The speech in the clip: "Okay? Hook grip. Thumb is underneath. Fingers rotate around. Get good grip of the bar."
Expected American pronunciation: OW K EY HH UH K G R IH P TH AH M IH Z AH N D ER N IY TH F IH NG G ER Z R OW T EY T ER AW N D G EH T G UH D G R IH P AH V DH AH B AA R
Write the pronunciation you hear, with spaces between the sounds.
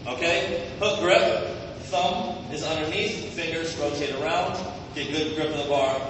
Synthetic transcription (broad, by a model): OW K EY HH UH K G R IH P TH AH M IH Z AH N D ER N IY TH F IH NG G ER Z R OW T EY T ER AW N D G EH T G UH D G R IH P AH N DH AH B AA R